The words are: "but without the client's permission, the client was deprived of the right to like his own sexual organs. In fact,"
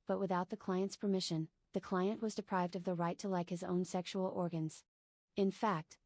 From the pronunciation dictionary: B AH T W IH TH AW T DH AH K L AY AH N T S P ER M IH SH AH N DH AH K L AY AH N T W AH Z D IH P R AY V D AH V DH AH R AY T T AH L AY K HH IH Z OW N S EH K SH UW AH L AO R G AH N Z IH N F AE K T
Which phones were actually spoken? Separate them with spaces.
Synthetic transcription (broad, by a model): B AH T W IH TH AW T DH AH K L AY AH N T S P ER M IH SH AH N DH AH K L AY AH N T W AH Z D IH P R AY V D AH V DH AH R AY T T AH L AY K HH IH Z OW N S EH K SH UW L AO R G AH N Z IH N F AE K T